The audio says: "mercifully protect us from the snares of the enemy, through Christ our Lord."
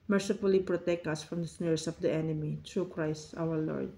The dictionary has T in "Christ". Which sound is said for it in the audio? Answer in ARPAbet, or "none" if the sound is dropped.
T